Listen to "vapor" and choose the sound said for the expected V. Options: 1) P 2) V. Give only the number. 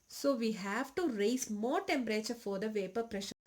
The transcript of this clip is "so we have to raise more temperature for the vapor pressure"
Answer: 2